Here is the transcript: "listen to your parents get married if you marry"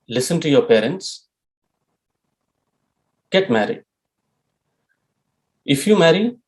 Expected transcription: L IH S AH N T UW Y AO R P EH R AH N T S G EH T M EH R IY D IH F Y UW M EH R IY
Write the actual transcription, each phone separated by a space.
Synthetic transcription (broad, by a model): L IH S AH N T UW Y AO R P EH R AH N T S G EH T M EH R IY IH F Y UW M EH R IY